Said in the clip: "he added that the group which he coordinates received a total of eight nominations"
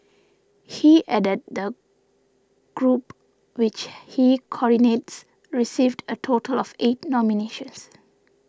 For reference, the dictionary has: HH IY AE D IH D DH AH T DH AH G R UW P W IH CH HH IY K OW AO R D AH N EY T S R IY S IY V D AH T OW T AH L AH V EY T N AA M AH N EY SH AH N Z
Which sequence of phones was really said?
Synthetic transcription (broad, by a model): HH IY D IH D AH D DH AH G R UW P W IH CH HH IY K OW AO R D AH N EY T S R IY S IY V D AH T OW T AH L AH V EY T N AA M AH N EY SH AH N S